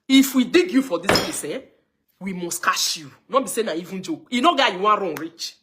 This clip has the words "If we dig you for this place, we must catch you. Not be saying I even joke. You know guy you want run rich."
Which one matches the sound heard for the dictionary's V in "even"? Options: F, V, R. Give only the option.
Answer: V